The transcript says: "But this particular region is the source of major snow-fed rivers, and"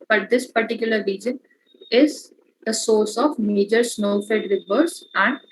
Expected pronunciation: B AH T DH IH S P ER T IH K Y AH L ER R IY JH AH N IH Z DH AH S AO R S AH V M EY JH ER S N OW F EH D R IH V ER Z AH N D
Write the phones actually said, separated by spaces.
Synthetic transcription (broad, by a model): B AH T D IH S P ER T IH K Y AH L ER R IY JH AH N IH Z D AH S AO R S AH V M EY JH ER S N OW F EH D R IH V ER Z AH N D